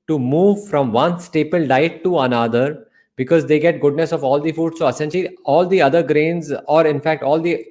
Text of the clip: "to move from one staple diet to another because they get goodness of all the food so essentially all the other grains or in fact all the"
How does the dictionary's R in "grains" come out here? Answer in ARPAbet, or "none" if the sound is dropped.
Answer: R